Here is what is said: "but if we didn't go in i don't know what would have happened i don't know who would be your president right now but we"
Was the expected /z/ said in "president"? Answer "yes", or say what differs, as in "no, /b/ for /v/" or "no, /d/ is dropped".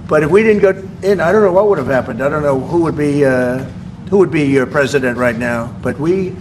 yes